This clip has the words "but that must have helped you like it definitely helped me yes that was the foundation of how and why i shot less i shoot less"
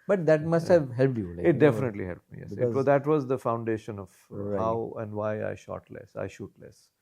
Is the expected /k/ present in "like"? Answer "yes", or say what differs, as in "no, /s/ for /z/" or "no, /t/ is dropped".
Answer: no, /k/ is dropped